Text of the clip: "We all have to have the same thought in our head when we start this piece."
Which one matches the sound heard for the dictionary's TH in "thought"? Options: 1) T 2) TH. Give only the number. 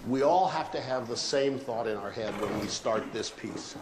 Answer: 2